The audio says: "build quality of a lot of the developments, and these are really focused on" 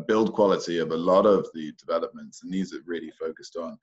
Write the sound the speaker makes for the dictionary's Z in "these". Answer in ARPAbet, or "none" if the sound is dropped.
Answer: Z